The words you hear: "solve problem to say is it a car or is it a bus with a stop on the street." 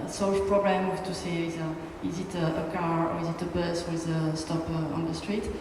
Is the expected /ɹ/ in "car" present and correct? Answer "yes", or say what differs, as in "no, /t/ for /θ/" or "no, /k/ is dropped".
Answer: yes